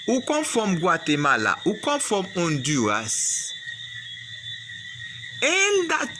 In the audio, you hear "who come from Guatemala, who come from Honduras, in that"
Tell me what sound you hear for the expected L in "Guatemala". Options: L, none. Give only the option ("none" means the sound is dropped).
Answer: L